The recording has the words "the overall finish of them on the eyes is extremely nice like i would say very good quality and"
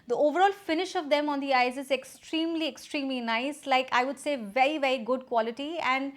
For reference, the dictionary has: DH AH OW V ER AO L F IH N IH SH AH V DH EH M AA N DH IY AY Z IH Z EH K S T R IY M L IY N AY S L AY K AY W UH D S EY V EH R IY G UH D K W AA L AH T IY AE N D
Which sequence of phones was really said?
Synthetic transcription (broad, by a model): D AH OW V ER AO L F IH N IH SH AH V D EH M AA N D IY AY Z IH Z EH K S T R IY M L IY N AY S L AY K AY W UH D S EY V EH R IY G UH D K W AA L AH T IY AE N D